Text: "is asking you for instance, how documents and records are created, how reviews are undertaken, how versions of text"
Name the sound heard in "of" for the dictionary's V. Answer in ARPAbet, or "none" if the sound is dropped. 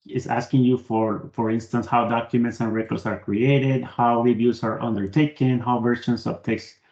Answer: B